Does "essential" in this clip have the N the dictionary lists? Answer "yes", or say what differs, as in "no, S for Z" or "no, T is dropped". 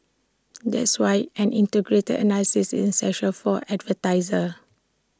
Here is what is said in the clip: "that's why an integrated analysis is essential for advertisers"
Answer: no, N is dropped